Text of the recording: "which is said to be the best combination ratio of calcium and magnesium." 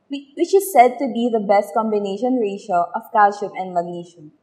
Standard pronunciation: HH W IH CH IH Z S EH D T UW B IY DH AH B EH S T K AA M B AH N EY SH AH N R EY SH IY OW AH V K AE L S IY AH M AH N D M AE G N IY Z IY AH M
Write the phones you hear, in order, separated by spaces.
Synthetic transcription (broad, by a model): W W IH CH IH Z S EH D T UW B IY DH AH B EH S T K AA M B AH N EY SH AH N R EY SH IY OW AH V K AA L SH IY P AH N D M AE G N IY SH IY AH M